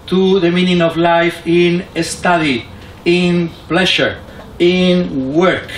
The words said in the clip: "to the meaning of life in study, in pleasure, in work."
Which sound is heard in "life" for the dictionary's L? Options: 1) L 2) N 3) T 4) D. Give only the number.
1